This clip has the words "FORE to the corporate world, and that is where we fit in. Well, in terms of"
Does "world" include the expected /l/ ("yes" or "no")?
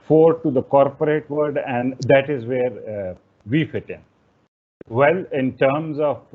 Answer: no